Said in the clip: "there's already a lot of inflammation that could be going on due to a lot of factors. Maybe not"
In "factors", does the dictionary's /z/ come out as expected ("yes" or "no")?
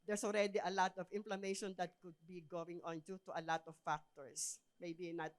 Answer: no